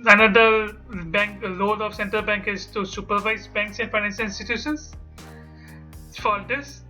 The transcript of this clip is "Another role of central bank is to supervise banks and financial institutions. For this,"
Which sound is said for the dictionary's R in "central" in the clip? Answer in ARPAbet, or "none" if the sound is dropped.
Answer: R